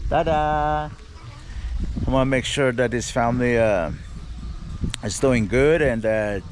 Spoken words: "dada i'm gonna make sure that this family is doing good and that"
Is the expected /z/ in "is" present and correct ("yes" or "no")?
yes